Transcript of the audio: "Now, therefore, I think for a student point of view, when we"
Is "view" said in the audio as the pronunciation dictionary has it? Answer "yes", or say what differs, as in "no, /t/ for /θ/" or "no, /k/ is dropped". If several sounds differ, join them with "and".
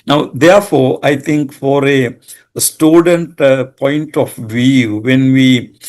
yes